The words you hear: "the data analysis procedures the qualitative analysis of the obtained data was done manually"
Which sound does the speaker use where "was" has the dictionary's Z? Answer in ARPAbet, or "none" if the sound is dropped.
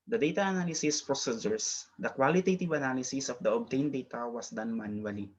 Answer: S